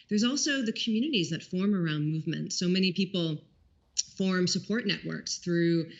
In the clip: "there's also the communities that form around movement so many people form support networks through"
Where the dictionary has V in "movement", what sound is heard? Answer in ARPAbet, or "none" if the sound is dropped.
V